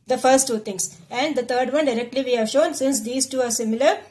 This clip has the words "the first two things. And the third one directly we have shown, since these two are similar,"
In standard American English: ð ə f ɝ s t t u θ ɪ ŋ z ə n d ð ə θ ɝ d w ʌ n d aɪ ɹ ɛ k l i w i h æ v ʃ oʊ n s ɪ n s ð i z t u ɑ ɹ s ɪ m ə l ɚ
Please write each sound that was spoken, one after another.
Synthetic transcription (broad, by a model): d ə f ɝ s t t u t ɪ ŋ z ə n d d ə t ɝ d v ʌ n d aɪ ɹ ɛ k l i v i h æ v ʃ oʊ n s ɪ n s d i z t u ɑ ɹ s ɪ m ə l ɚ